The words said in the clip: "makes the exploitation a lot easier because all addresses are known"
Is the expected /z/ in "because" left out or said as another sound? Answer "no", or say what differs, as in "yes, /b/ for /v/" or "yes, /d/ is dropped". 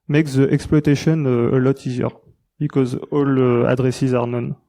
no